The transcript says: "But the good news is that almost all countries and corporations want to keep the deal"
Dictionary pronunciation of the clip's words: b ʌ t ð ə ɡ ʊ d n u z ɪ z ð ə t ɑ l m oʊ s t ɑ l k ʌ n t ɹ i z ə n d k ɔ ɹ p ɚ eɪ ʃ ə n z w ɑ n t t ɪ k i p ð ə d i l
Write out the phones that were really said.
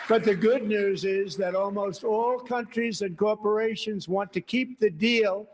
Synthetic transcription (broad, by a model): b ʌ t ð ə ɡ ʊ d n u z ɪ z ð ə t ɑ l m oʊ s t ɑ l k ʌ n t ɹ i z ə n k ɔ ɹ p ɚ eɪ ʃ ə n z w ɑ n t t ɪ k i p ð ə d i l